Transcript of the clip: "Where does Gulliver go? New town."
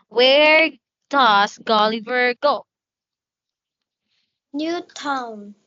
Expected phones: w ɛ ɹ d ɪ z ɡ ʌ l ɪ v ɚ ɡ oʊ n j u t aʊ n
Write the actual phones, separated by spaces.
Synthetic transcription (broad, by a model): w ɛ ɹ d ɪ s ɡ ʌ l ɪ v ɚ ɡ oʊ n j u t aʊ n